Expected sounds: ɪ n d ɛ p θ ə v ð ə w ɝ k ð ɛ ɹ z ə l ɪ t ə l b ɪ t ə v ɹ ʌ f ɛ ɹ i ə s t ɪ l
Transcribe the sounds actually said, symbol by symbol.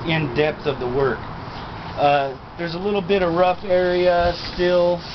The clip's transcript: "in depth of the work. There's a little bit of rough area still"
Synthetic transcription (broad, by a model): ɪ n d ɛ p θ ə v ð ə w ɝ k ð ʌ ɹ z ə l ɪ t l b ɪ t ə v ɹ ʌ f ɛ ɹ i ə s t ɪ l